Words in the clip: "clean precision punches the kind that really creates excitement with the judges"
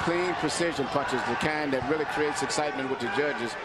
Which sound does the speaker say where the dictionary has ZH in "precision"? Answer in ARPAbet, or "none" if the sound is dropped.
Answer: ZH